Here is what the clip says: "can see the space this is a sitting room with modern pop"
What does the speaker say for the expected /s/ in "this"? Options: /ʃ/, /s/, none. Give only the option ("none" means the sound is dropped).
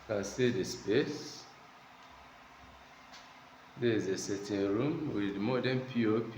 none